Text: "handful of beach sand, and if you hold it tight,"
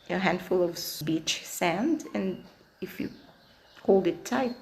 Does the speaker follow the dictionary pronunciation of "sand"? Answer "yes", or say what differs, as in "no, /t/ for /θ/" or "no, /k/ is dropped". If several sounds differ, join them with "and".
yes